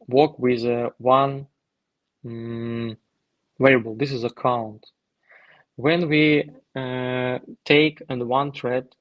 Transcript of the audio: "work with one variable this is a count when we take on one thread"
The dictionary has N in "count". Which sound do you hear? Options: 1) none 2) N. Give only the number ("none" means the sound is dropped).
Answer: 2